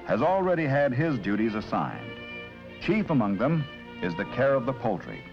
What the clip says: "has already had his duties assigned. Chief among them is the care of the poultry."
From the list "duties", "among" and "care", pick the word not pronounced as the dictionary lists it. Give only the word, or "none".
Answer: none